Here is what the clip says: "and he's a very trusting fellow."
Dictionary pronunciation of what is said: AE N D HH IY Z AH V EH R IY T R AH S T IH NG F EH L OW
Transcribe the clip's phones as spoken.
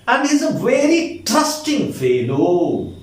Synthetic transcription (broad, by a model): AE N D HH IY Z AH V EH R IY T AH S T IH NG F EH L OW